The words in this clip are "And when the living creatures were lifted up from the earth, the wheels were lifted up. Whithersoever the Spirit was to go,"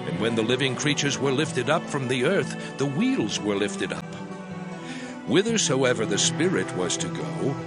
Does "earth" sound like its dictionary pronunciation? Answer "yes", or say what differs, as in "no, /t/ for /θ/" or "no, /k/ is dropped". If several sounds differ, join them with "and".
yes